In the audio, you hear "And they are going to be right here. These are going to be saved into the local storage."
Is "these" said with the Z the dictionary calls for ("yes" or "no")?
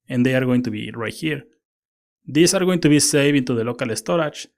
no